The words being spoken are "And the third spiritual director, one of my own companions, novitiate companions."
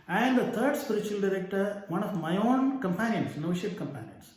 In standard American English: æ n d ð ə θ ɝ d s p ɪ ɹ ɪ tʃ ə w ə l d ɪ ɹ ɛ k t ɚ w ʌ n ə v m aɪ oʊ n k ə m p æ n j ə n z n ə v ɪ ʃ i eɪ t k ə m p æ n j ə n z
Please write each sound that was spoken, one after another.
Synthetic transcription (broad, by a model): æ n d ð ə t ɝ d s p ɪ ɹ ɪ tʃ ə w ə l d ɪ ɹ ɛ k t ɚ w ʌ n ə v m aɪ oʊ n k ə m p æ n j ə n s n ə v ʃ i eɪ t k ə m p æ n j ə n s